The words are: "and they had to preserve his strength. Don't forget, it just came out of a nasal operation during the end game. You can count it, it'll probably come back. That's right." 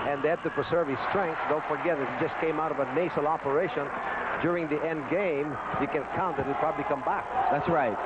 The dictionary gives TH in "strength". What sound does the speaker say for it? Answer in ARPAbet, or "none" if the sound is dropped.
S